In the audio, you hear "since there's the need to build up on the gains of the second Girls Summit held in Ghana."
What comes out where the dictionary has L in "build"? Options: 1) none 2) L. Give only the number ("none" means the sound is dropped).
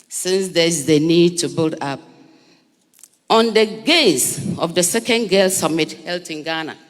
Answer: 2